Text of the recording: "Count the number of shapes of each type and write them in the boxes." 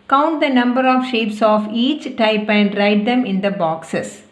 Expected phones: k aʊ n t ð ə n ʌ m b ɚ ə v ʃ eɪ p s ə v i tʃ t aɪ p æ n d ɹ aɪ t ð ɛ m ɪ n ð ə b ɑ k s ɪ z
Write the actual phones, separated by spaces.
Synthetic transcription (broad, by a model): k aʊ n t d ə n ʌ m b ɚ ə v ʃ eɪ p s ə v i tʃ t aɪ p æ n d ɹ aɪ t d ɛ m ɪ n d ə b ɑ k s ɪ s